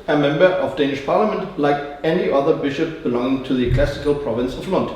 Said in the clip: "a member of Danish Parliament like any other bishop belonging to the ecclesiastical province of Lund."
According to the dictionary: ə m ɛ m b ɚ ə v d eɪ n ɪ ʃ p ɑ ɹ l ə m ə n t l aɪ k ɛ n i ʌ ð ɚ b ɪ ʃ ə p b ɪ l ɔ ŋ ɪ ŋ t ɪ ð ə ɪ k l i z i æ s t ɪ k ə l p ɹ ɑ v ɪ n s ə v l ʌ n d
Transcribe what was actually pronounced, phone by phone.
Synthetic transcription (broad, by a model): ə m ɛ m b ɚ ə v d eɪ n ɪ ʃ p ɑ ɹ l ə m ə n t l aɪ k ɛ n i ʌ ð ɚ b ɪ ʃ ə p b ɪ l ɔ ŋ ɪ ŋ t ɪ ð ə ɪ k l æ s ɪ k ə l p ɹ ɑ v ɪ n s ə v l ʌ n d